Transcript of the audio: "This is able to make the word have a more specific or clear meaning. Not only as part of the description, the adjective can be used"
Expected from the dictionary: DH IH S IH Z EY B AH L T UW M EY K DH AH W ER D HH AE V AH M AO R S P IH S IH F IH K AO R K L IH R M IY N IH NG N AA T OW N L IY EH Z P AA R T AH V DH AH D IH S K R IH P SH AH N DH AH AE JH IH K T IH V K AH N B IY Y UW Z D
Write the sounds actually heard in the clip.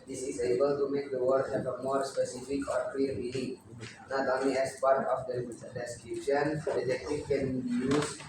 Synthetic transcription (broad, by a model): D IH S IH Z EY B AH L T UW M EY K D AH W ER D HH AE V AH M AO R S P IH S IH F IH K AO R K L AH R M IY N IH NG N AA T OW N IY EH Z P AA R T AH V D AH D IH S K R IH P SH AH N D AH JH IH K T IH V K AH N B IY Y UW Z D